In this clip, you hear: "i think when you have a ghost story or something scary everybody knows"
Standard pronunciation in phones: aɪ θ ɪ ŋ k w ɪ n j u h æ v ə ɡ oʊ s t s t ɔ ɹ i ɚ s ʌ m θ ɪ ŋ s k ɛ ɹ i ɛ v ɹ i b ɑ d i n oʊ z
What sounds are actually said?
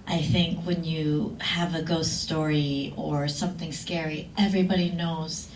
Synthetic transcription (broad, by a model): aɪ θ ɪ ŋ k w ɪ n j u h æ v ə ɡ oʊ s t s t ɔ ɹ i ɚ s ʌ m θ ɪ ŋ s k ɛ ɹ i ɛ v ɹ i b ɑ d i n oʊ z